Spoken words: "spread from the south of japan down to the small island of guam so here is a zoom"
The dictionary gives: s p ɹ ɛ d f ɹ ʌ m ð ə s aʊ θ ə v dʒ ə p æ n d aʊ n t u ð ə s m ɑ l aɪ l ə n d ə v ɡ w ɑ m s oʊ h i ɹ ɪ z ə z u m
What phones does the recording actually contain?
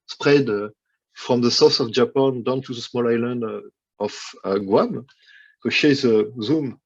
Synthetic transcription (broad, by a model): s p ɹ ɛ d f ɹ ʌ m ð ə s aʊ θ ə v dʒ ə p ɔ n d aʊ n t u ð ə s m ɑ l aɪ l ə n d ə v ɡ w ɑ m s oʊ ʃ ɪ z ə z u m